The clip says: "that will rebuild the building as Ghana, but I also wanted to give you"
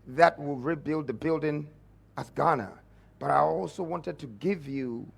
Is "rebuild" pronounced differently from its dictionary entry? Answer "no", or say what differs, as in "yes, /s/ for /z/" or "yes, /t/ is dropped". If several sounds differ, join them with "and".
no